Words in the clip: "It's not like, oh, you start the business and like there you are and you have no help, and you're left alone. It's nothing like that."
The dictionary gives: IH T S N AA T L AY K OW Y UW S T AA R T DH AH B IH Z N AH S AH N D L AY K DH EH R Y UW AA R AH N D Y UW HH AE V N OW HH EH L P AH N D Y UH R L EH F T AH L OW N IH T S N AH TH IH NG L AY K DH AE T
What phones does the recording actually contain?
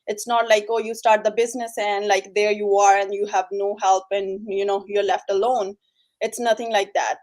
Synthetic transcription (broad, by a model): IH T S N AA T L AY K OW Y UW S T AA R T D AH B IH Z N AH S AH N D L AY K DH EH R Y UW AA R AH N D Y UW HH AE V N OW HH EH L P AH N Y Y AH R L EH F T AH L OW N IH T S N AH T IH NG L AY K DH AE T